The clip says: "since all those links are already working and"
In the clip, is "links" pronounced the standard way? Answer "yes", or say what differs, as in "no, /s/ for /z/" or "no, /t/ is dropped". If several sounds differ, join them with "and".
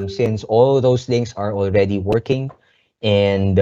no, /k/ is dropped